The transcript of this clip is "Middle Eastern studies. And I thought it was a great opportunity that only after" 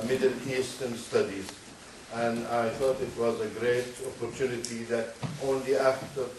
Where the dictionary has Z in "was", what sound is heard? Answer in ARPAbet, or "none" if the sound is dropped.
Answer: Z